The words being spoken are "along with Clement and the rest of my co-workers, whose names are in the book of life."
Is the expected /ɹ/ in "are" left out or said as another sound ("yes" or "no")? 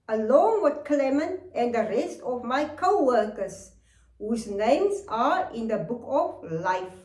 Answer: no